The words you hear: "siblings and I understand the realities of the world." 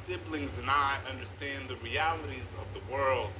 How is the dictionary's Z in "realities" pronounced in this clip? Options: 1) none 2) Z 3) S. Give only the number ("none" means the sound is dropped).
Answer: 2